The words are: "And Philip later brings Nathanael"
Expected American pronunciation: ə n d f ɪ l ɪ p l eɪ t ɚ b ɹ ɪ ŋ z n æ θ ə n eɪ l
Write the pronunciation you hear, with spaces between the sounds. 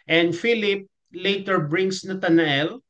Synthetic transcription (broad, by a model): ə n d f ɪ l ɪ p l eɪ t ɚ b ɹ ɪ ŋ s n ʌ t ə n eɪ l